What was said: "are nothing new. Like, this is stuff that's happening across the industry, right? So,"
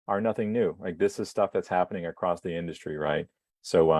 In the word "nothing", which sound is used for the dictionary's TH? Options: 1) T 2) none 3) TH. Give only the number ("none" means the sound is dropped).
3